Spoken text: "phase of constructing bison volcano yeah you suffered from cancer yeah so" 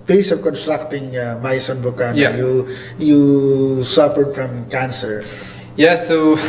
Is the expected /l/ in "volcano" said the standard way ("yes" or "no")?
no